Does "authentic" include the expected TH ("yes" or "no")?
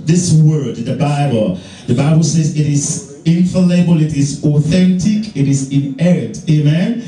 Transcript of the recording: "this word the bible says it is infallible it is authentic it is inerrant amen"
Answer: yes